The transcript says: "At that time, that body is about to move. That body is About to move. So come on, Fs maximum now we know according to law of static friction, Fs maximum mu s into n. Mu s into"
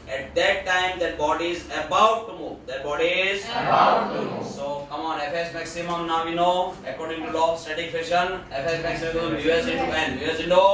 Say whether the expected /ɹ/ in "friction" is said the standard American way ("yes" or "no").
no